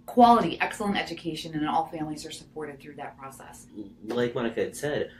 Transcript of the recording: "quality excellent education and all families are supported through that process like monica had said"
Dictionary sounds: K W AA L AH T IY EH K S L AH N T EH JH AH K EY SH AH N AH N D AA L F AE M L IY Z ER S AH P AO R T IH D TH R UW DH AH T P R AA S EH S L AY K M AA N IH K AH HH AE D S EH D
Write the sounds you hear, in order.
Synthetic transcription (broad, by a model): K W AA L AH T IY EH K S L AH N T EH JH AH K EY SH AH N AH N AA L F AE M L IY Z ER S AH P AO R T IH D TH R UW DH AH T P R AA S EH S L AY K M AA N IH K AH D S EH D